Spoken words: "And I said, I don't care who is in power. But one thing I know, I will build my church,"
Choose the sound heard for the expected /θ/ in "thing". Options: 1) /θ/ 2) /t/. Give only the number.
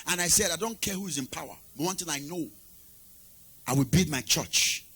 2